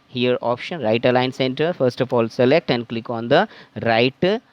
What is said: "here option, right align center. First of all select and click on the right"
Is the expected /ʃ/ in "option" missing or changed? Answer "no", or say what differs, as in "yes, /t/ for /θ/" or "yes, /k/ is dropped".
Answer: no